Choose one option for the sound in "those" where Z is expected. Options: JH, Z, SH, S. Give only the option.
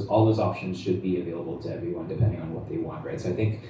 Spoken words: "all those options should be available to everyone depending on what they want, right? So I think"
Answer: Z